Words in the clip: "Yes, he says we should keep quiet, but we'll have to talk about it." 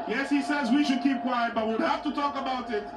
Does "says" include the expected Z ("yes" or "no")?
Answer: yes